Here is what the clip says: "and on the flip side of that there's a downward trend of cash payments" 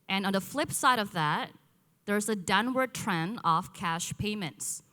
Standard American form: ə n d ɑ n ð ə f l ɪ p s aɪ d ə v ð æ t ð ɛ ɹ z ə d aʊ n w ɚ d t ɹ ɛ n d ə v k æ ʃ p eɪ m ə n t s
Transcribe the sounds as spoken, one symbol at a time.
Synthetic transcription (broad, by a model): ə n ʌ n ð ə f l ɪ p s aɪ d ə v ð æ t ð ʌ ɹ z ə d aʊ n w ɚ d t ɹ ɛ n ə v k æ ʃ p eɪ m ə n t s